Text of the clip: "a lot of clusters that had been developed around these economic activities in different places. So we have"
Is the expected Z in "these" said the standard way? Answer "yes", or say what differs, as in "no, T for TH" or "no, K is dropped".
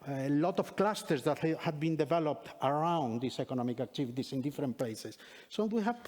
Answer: no, S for Z